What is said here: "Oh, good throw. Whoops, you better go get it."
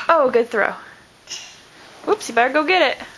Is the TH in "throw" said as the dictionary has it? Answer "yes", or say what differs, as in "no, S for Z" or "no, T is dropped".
yes